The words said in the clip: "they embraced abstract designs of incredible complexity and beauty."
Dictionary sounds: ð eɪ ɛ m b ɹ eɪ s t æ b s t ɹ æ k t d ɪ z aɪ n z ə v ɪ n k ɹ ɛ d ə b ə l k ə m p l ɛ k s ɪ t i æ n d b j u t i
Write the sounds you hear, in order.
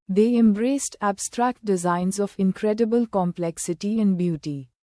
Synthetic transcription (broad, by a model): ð eɪ ɛ m b ɹ eɪ s t æ b s t ɹ æ k t d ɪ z aɪ n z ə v ɪ n k ɹ ɛ d ə b ə l k ə m p l ɛ k s ɪ t i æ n d b j u t i